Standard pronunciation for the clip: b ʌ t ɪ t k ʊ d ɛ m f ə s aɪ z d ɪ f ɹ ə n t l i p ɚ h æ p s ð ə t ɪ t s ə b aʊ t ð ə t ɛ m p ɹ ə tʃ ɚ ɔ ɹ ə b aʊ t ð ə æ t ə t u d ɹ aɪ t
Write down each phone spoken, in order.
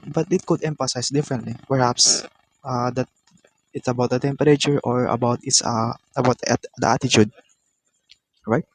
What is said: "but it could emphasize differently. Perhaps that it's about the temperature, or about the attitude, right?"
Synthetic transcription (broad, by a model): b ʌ t ɪ t k ʊ d ɛ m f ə s aɪ s d ɪ f ɹ ə n t l i p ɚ h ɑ p s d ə t ɪ t s ə b aʊ t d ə t ɛ m p ɹ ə tʃ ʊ ɔ ɹ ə b aʊ t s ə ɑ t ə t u d ɹ aɪ t